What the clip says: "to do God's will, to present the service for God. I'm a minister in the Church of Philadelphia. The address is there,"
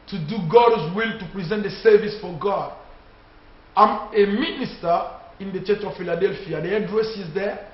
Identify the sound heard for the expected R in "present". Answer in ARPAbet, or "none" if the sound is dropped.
R